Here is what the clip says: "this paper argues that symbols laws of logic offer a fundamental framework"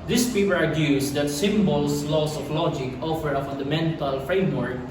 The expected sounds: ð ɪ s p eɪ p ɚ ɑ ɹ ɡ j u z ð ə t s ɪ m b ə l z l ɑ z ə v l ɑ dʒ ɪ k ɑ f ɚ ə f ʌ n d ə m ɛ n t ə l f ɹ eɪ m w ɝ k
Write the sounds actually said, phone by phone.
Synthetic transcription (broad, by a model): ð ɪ s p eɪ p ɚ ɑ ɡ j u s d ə t s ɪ m b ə l s l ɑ s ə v l ɑ dʒ ɪ k ɑ f ɚ ə f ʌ n d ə m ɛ n t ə l f ɹ eɪ m w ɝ k